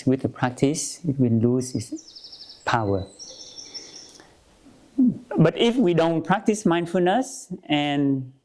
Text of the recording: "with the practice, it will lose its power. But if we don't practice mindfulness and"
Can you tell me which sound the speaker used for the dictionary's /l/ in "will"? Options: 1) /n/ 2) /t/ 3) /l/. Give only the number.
1